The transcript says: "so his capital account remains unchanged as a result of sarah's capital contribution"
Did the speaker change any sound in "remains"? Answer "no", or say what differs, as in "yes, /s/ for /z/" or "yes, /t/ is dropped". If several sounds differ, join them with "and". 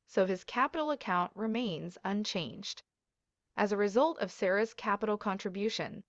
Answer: no